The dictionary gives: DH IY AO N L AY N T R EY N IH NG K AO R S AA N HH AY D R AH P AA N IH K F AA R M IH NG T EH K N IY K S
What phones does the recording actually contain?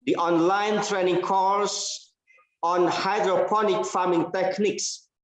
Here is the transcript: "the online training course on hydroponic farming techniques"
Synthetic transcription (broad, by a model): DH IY AO N L AY N T R EY N IH NG K AO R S AA N HH AY D R AH P AA N IH K F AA M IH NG T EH K N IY K S